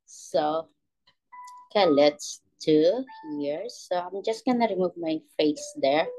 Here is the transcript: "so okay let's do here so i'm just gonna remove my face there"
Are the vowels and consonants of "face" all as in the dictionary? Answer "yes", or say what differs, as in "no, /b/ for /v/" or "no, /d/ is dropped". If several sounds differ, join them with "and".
yes